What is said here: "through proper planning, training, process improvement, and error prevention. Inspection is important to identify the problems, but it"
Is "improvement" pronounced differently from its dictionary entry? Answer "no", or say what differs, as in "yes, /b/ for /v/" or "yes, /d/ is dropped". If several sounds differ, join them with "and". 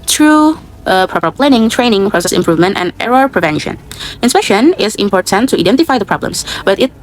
no